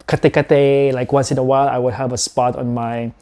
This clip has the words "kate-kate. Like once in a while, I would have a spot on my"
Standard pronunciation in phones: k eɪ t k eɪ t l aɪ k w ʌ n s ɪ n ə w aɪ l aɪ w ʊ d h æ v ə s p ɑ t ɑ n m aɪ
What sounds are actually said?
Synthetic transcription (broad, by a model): k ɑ t k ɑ t l aɪ k w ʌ n s ɪ n ə w aɪ l aɪ w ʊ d h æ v ə s p ɑ t ɑ n m aɪ